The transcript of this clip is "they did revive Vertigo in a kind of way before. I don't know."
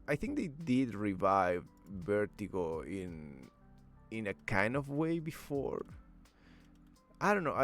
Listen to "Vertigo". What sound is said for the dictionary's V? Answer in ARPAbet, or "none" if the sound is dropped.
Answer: B